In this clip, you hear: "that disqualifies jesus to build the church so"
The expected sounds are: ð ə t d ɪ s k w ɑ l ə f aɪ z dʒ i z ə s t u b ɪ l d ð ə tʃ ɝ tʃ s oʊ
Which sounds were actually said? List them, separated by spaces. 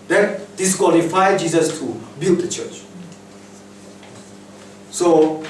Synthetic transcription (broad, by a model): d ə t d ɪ s k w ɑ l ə f aɪ dʒ i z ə s t u b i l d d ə tʃ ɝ tʃ s oʊ